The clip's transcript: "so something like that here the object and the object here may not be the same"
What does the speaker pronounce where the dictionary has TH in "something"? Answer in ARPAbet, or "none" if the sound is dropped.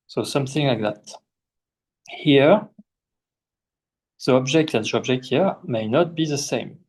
TH